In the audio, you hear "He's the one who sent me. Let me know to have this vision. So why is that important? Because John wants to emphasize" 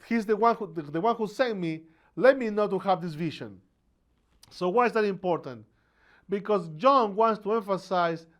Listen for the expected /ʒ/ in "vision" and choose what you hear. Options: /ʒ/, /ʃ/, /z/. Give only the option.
/ʃ/